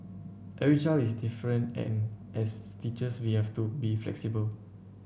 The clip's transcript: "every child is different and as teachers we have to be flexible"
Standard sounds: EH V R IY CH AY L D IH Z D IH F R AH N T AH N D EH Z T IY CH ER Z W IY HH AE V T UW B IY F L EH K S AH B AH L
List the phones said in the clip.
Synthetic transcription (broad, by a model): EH R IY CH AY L IH S D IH F R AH N T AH N EH S T IY CH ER S W IY HH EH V T UW B IY F L EH K S AH B AH L